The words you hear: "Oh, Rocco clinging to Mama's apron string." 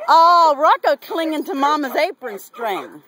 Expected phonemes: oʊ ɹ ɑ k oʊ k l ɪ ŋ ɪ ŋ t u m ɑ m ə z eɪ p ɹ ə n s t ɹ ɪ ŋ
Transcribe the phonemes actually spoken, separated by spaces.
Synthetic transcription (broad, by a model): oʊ ɹ ɑ k oʊ k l ɪ ŋ ɪ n t u m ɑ m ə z eɪ p ɹ ə n s t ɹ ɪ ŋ